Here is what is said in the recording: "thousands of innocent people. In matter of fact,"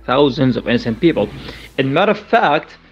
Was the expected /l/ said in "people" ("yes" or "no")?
yes